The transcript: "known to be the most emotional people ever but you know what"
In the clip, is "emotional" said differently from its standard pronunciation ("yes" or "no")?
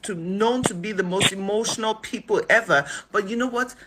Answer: no